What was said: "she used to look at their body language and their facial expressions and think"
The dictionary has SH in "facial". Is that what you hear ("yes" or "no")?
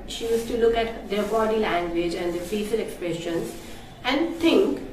no